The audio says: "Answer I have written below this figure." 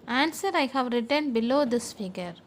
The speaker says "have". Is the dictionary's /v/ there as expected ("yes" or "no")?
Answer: yes